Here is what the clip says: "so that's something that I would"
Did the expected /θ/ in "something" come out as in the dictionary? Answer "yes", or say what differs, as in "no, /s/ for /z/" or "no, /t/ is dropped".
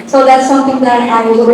no, /t/ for /θ/